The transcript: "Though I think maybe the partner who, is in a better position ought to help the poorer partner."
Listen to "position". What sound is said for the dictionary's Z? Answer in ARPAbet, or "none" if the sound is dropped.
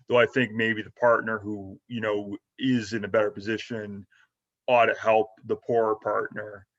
Z